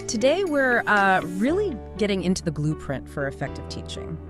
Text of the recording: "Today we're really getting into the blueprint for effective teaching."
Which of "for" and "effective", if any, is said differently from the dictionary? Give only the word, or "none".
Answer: none